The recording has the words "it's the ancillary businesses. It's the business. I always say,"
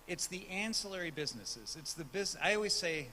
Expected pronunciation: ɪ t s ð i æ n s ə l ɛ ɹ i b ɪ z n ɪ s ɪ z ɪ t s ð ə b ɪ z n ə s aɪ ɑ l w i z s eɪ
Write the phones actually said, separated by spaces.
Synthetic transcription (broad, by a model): ɪ t s ð i æ n s ə l ɛ ɹ i b ɪ z n ɪ s ɪ z ɪ t s ð ə b ɪ z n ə ɪ ɑ l w i z s eɪ